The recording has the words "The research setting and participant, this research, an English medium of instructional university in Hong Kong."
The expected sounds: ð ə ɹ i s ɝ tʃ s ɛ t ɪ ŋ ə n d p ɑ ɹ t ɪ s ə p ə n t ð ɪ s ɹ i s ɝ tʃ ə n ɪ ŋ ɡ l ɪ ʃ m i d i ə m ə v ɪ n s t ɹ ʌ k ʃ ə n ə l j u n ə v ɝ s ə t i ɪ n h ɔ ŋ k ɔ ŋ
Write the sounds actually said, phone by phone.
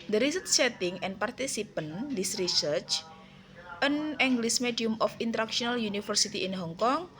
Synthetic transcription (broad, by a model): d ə ɹ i s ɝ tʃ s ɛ t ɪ ŋ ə n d p ɑ ɹ t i s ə p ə n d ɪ s ɹ i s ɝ tʃ ə n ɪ ŋ ɡ l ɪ s m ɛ d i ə m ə f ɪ n t ɹ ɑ k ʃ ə n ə l j u n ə f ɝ s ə t i ɪ n h ɔ ŋ k ɔ ŋ